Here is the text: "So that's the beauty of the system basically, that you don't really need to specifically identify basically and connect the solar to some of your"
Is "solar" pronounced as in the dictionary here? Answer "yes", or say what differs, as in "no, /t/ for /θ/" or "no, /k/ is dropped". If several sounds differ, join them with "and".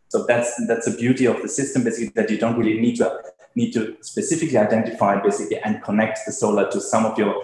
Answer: yes